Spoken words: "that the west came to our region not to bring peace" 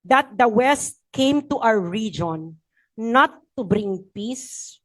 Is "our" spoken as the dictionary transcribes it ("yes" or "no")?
no